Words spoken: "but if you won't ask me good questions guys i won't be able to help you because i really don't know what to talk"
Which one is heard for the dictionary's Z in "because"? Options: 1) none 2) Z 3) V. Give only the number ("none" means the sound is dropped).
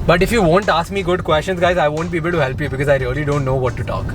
2